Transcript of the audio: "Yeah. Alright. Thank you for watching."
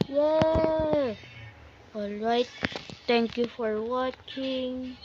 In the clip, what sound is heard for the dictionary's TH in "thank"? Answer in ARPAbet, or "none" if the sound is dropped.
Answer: T